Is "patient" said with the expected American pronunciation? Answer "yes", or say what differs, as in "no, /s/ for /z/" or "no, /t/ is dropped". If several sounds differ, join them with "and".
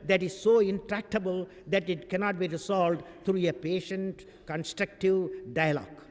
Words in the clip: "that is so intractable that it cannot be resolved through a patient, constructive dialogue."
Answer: yes